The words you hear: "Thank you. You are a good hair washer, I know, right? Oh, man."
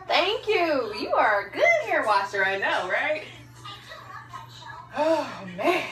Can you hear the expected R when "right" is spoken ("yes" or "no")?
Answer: yes